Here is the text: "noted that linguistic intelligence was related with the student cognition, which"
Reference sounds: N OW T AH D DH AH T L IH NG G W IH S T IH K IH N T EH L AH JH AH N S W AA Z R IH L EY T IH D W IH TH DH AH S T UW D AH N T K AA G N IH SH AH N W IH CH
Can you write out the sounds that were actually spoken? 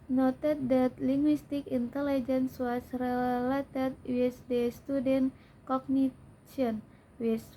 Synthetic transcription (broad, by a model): N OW T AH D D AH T L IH NG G W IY S T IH K IH N T EH L AH JH AH N S W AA S R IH L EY T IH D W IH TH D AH S T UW D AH N K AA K N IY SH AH N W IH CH